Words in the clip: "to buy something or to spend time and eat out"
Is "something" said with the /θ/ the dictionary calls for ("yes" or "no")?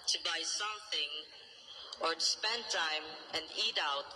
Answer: yes